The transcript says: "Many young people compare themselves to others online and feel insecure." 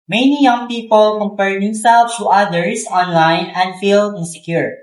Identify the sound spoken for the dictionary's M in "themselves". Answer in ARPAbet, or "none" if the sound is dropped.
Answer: none